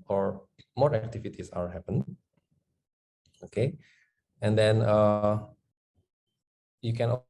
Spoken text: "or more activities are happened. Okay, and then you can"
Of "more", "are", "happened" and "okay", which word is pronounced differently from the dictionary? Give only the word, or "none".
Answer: happened